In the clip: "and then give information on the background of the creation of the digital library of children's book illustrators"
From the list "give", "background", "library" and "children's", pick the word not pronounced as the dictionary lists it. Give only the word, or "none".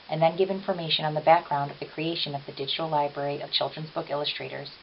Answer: none